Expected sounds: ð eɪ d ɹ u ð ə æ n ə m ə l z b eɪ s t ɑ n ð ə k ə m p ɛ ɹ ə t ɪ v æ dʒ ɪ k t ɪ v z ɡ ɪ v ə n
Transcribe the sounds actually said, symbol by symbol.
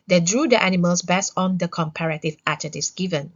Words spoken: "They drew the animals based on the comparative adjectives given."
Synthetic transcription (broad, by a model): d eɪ d ɹ u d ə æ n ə m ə l s b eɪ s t ɑ n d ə k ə m p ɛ ɹ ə t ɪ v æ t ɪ t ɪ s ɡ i v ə n